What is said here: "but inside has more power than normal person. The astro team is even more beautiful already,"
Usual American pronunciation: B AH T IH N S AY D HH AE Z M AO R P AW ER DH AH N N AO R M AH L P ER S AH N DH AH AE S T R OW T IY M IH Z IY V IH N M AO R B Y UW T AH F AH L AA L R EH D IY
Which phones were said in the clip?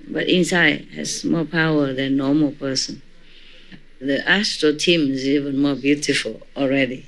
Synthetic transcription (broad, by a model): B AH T IH N S AY D HH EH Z M AO P AW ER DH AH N N AO M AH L P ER S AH N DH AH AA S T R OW T IY M IH Z IY V IH N M AO B Y UW T AH F AH L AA L R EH D IY